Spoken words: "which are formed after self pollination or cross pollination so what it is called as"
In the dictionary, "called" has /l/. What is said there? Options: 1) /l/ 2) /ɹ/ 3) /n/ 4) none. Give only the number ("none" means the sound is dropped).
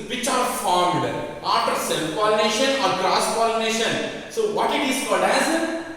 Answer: 4